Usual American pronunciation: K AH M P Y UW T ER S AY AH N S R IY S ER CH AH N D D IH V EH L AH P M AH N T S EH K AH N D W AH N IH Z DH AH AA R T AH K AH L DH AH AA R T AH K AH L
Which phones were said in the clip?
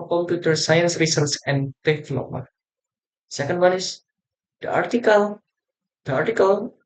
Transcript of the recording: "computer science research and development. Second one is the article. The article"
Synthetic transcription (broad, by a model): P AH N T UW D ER S AY AH N S R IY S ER S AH N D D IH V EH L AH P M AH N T S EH K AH N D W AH N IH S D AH AA R T AH K AH L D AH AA R T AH K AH L